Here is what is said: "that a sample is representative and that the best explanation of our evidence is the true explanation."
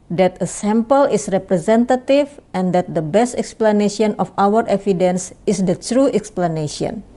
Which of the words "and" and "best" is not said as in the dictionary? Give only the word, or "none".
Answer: none